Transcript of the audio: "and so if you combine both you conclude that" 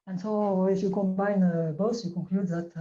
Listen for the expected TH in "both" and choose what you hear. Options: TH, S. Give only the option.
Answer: S